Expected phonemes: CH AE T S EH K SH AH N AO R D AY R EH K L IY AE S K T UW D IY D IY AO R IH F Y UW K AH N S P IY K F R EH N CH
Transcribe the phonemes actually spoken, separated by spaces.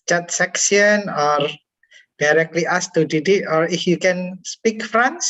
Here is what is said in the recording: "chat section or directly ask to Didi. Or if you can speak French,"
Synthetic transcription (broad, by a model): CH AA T S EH K S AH N AO R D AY R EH K L IY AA S T UW D IY D IY AO R IH F Y UW K AH N S P IY K F R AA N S